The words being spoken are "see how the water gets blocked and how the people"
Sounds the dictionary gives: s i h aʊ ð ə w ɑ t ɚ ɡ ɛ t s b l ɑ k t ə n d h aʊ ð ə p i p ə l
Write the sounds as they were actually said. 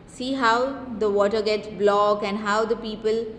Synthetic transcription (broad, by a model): s i h aʊ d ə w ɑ t ɚ ɡ ɛ t s b l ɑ k ə n d h aʊ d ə p i p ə l